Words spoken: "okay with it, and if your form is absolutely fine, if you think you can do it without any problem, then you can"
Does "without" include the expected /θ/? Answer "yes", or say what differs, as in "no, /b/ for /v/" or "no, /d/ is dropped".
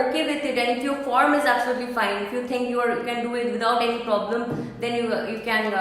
no, /t/ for /θ/